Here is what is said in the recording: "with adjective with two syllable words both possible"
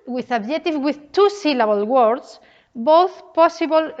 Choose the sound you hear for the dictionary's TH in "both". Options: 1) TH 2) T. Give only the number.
1